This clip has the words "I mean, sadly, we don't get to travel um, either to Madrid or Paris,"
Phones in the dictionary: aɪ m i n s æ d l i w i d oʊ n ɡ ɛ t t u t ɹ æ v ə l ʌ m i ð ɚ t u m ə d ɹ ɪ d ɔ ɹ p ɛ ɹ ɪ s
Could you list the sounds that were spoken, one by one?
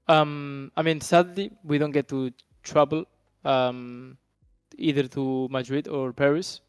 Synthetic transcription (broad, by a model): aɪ m i n s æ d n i w i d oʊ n ɡ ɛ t t u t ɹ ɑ b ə l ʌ m i ð ɚ t u m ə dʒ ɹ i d ɔ ɹ p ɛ ɹ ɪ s